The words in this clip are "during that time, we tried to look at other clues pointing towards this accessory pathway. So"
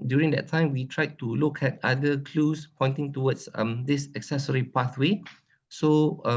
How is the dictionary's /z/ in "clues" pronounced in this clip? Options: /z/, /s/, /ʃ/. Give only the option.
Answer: /s/